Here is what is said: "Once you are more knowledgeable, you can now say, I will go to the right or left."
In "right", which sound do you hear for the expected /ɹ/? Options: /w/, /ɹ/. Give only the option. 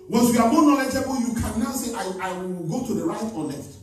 /ɹ/